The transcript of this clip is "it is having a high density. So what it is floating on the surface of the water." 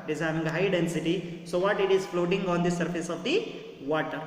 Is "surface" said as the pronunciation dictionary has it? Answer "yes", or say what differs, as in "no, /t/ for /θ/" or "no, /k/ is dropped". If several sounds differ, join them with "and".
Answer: yes